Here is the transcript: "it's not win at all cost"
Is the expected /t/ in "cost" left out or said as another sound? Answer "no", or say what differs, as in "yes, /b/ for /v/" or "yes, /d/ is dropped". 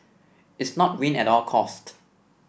no